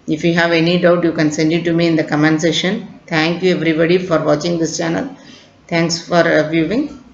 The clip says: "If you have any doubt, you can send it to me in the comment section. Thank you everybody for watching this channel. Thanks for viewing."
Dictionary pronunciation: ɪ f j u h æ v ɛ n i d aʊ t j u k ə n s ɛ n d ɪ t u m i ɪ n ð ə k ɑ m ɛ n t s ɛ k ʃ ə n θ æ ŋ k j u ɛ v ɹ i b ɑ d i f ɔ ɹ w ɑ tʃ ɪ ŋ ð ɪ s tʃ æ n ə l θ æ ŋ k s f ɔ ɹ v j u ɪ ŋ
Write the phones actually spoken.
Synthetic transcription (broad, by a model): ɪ f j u h æ v ɛ n i d aʊ t j u k ə n s ɛ n d ɪ t u m i ɪ n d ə k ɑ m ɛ n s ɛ ʃ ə n t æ ŋ k j u ɛ v ɹ i b ɑ d i f ɔ ɹ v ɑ tʃ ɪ ŋ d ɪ s tʃ æ n ə l t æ ŋ k s f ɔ ɹ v j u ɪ ŋ